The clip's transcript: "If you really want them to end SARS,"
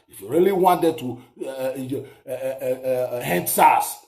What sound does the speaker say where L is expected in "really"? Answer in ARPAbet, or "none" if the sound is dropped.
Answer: L